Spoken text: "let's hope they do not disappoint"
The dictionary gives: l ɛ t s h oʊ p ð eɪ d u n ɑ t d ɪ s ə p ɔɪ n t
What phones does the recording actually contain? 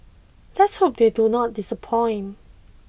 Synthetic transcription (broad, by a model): l ɛ t s h oʊ p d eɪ d u n ɑ t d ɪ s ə p ɔɪ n